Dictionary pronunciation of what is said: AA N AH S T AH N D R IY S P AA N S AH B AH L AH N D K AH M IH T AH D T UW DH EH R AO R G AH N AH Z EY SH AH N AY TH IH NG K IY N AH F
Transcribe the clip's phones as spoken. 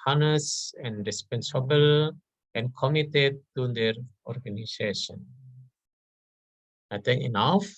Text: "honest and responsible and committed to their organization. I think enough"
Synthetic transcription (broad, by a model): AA N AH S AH N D R IY S P AA N S AH B AH L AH N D K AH M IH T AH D T UW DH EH R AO R G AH N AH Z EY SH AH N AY T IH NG IY N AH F